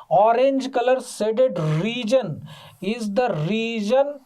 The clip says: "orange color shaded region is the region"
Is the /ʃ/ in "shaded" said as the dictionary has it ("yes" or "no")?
no